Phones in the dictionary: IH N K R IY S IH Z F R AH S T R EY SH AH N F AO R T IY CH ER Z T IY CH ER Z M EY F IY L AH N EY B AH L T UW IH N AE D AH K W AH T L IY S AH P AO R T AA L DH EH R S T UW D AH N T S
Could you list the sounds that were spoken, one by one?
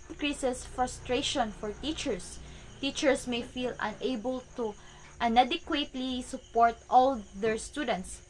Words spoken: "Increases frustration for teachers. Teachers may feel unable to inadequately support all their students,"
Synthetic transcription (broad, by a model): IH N K R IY S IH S F R AH S T R EY SH AH N F AO R T IY CH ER S T IY CH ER S M EY F IY L AH N EY B AH L T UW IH N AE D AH K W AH T L IY S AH P AO R T AA L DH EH R S T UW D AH N T S